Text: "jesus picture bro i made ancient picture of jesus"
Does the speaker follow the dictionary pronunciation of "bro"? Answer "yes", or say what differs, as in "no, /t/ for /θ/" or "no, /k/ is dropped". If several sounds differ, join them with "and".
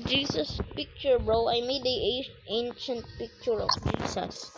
yes